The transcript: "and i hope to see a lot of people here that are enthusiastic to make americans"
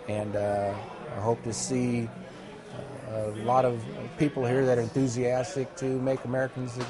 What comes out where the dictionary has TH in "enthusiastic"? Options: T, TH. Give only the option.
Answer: TH